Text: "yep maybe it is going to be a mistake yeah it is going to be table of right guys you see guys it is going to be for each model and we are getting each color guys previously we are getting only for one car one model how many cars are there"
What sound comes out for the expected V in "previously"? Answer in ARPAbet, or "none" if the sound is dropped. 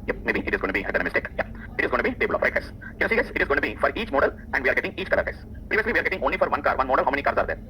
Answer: V